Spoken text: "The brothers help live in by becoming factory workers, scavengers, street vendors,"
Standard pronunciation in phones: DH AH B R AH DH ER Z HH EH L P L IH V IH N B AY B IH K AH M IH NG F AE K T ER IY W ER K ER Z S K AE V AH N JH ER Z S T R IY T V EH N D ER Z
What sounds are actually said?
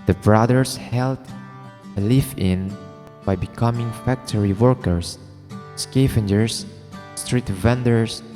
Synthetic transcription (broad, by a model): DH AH B R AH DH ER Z HH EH L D L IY F IH N B AY B IH K AH M IH NG F AE K T ER IY W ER K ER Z S K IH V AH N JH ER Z S T R IY T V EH N D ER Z